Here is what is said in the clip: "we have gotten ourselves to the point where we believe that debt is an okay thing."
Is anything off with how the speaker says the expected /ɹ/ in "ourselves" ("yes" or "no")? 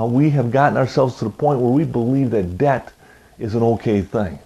no